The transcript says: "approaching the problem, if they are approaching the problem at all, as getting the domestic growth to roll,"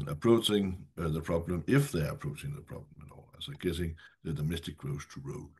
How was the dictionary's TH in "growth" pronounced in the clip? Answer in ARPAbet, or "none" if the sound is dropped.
S